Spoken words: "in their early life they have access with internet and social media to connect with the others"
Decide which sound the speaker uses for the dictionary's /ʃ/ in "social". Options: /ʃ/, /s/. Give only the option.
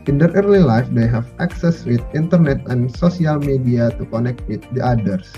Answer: /s/